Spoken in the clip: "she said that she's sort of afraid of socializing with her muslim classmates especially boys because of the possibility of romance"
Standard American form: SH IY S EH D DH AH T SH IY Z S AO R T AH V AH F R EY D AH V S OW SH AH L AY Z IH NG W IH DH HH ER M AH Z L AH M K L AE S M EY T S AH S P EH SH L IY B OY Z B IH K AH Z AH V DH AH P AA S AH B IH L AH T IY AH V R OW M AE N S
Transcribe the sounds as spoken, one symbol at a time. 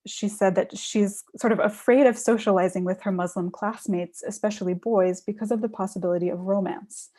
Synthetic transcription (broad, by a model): SH IY S EH D DH AH T SH IY Z S AO R T AH V AH F R EY D AH V S OW SH AH L AY Z IH NG W IH DH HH ER M AH Z L AH M K L AE S M EY T S AH S P EH SH L IY B OY Z B IH K AH Z AH V DH AH P AA S AH B IH L AH T IY AH V R OW M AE N S